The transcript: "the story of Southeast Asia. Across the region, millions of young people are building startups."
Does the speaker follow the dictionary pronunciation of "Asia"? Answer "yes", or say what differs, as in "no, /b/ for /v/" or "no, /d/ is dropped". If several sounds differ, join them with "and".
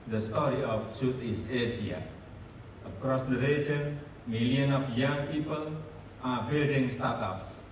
no, /s/ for /ʒ/